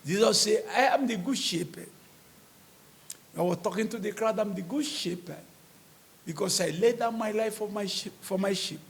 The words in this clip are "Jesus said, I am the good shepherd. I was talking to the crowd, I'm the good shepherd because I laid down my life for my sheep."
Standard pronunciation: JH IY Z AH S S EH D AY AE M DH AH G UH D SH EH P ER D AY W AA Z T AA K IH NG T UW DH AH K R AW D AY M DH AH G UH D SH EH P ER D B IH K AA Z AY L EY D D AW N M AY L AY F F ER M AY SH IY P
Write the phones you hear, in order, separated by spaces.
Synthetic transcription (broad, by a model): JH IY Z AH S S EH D AY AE M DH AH G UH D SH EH P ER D AY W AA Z T AA K IH NG T UW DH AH K R AW D AY M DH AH G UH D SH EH P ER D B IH K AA S AY L EY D D AW N M AY L AY F F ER M AY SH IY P